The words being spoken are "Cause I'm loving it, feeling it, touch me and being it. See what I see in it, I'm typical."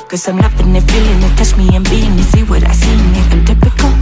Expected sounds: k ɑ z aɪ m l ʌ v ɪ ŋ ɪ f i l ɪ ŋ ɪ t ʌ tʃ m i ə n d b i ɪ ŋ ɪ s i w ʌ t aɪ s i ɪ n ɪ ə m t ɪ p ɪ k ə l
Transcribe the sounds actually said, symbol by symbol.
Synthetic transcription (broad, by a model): k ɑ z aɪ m n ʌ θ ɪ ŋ ɪ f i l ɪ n ɪ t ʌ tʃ m i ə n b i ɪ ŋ ɪ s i w ʌ t aɪ s i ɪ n ɪ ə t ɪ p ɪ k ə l